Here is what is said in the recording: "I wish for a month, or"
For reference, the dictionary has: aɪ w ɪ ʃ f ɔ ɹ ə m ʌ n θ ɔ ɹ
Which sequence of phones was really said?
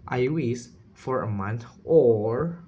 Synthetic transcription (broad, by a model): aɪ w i s f ɔ ɹ ə m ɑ n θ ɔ ɹ